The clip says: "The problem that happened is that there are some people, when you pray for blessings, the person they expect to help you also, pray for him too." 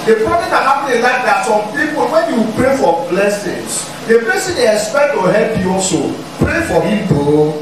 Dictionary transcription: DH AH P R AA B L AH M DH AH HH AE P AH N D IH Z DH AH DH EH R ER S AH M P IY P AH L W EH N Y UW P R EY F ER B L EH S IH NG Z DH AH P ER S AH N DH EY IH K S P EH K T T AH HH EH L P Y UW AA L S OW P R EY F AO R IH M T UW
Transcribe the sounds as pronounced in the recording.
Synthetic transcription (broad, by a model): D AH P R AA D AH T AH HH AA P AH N IH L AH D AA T S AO M P IY P AH L W EH N Y UW P R EY F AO B L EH S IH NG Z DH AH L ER S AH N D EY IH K S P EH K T T AH HH EH L P Y UW AA L S OW P R EY F AO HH IH M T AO